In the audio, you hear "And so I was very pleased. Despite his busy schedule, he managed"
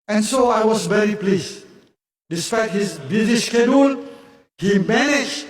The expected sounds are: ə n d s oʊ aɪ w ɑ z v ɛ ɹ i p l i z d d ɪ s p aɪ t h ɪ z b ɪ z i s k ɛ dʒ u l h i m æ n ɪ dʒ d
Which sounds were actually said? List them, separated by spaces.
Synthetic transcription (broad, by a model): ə n s oʊ aɪ w ɑ s v ɛ ɹ i p l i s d d ɪ s p aɪ t h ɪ s b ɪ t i ʃ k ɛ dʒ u l h i m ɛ n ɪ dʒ